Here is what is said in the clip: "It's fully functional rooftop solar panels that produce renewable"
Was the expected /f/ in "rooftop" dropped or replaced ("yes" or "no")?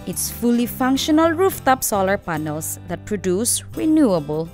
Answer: no